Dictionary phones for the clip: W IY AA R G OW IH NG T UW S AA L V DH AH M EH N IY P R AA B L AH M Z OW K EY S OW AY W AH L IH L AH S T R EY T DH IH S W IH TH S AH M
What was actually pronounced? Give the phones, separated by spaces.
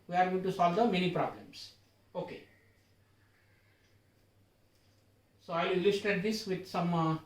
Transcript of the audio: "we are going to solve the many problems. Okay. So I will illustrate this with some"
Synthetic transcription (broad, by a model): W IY AA R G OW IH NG T UW S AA L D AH M EH N IY P R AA B L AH M S OW K EY S OW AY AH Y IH L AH S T EY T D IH S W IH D S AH M